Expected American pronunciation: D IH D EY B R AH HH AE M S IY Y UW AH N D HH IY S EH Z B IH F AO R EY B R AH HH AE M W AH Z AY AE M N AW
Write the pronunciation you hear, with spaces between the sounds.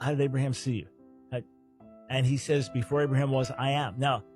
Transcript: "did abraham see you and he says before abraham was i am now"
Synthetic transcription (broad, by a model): D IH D EY B R AH HH AE M S IY Y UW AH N IY S EH Z B IH F AO R EY B R AH HH AE M W AH Z AY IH M N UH